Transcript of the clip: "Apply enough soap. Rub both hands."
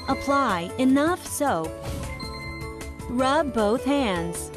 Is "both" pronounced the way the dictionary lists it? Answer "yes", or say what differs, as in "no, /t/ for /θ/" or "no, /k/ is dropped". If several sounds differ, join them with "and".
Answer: yes